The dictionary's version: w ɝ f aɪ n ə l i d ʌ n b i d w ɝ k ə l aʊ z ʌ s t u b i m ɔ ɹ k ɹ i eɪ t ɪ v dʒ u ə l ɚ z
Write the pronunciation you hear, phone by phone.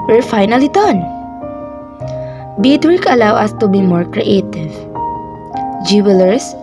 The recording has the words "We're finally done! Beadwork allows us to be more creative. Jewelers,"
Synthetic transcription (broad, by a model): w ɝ f aɪ n ə l i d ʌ n b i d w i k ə l aʊ ʌ s t u b i m ɔ ɹ k ɹ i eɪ t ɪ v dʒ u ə l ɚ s